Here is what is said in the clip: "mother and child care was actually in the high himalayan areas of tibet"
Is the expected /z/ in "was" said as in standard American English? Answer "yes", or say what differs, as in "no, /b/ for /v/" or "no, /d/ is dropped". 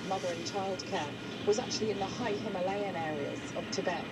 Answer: yes